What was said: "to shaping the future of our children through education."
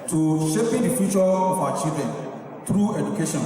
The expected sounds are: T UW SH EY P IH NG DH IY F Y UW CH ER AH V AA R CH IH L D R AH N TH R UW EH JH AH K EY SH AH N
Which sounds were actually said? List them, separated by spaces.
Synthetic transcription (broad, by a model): T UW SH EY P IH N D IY F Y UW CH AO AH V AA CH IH D AH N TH R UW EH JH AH K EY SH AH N